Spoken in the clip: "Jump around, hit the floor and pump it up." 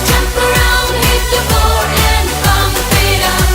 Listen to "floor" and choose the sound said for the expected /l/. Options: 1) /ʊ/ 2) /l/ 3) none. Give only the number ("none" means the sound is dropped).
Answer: 3